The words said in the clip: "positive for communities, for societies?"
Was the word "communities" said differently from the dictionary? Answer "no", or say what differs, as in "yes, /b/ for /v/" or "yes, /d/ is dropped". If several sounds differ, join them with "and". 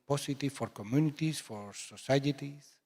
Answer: yes, /s/ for /z/